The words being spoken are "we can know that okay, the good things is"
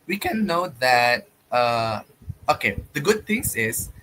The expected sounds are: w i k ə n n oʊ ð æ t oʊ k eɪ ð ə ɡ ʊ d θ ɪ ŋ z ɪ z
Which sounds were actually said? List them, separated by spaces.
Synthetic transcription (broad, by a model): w i k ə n n oʊ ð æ t oʊ k eɪ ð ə ɡ ʊ d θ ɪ ŋ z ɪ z